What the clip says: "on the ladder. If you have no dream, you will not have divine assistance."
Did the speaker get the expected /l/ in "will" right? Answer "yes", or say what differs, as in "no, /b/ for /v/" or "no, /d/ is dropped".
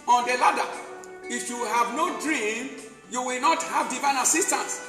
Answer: yes